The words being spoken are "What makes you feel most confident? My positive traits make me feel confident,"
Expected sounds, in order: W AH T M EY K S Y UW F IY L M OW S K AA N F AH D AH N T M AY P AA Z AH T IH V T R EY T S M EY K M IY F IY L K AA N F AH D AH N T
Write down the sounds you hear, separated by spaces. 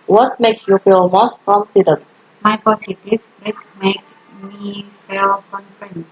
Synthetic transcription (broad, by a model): W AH T M EY K S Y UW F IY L M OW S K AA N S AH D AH T M AY P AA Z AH T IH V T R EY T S M EY K M IY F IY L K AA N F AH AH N